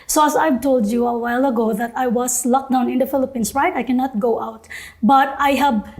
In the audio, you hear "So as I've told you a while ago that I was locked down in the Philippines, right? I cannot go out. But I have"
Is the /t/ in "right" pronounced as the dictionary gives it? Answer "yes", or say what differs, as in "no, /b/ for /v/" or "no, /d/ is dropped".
yes